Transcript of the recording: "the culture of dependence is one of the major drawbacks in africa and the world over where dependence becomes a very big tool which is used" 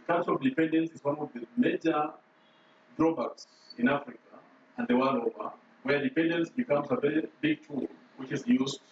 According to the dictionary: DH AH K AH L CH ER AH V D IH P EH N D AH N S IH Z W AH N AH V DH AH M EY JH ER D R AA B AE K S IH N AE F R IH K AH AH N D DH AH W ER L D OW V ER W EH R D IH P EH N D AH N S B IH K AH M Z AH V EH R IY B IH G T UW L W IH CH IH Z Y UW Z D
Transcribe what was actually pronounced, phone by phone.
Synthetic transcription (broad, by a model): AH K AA CH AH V D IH P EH N D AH N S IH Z W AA N AH V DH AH M EY JH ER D R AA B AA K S IH N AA F R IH K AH AH N D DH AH W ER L OW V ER W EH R D IH P EH N D AH N S B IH K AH M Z AH V EH R IY B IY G T UW L W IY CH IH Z Y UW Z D